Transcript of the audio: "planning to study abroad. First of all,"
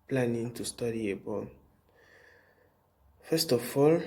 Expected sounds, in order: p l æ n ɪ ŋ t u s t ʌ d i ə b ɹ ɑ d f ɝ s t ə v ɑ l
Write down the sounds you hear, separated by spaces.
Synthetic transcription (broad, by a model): p l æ n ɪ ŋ t u s t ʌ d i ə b ɑ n f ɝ s t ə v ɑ l